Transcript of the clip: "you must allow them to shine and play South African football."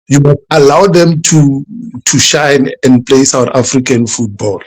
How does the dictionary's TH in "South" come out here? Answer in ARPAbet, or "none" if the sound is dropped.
T